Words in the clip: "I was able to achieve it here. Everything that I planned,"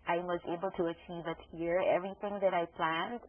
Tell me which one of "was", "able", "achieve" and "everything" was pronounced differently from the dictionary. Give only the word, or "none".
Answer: none